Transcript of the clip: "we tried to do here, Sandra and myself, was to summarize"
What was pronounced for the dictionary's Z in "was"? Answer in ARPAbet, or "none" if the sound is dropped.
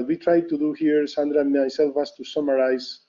S